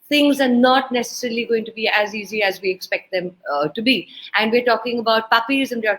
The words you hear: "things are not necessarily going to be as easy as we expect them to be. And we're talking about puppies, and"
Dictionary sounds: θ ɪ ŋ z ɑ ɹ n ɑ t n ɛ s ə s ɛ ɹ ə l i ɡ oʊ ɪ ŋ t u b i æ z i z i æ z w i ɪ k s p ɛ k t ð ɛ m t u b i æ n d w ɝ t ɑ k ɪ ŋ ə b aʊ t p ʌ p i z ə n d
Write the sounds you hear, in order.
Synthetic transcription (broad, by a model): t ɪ ŋ z ɑ ɹ n ɑ t n ɛ s ə s ɛ ɹ ə l i ɡ oʊ ɪ ŋ t u b i æ z i z i æ z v i ɪ k s p ɛ k t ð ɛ m t u b i æ n d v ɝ t ɑ k ɪ ŋ ə b aʊ t p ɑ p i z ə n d